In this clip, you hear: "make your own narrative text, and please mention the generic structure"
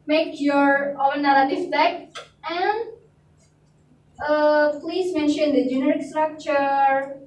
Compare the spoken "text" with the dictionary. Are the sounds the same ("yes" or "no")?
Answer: no